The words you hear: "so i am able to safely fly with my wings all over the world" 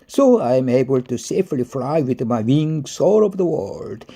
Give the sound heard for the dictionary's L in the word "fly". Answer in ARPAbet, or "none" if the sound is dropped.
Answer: L